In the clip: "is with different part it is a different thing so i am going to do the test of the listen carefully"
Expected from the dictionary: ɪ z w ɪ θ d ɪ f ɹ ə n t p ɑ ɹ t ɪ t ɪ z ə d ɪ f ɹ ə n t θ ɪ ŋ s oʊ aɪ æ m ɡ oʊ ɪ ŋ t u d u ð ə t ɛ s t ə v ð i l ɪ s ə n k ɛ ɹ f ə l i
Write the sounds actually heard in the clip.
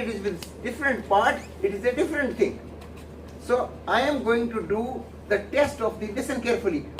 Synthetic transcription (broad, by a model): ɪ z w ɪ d d ɪ f ɹ ə n t p ɑ ɹ t ɪ t ɪ z ə d ɪ f ɹ ə n t t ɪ ŋ s oʊ aɪ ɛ m ɡ oʊ ɪ ŋ t u d u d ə t ɛ s t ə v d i l ɪ s ə n k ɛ ɹ f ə l i